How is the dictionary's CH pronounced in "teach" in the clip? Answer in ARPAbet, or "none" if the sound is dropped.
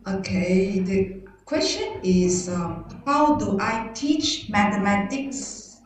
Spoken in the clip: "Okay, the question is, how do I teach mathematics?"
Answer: CH